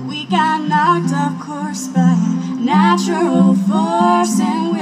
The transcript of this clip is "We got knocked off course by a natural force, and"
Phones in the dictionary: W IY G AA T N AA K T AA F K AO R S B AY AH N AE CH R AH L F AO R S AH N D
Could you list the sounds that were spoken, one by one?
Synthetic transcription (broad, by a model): W IY G AA T N AA K T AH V K AO R S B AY AH N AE CH AH L F AO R S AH N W